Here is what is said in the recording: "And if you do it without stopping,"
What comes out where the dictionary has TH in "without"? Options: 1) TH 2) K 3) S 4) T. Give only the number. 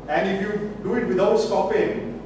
4